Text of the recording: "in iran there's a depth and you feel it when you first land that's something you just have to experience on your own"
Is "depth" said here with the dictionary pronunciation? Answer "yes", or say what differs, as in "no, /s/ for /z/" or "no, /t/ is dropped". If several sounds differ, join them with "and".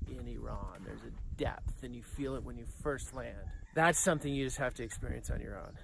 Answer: yes